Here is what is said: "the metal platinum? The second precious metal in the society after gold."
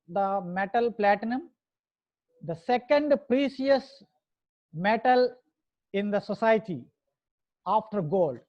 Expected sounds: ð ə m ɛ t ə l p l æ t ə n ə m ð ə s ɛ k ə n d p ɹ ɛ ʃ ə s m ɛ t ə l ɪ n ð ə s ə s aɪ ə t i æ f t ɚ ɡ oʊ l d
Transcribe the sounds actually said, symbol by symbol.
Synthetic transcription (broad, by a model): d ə m ɛ t ə l p l æ t ə n ə m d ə s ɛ k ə n d p ɹ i s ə s m ɛ t ə l ɪ n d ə s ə s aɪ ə t i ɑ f t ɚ ɡ oʊ l d